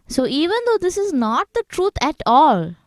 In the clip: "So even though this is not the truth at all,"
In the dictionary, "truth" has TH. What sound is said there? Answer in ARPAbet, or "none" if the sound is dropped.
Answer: T